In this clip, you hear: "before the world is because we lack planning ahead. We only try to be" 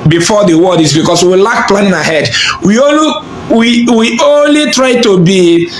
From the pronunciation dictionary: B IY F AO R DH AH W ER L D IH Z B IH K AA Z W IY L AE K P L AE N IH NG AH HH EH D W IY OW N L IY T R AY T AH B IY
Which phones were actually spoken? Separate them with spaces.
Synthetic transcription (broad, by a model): B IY F AO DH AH W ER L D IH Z B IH K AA S W IY L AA K P L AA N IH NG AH HH EH D W IY OW N L IY T R AY T AH B IY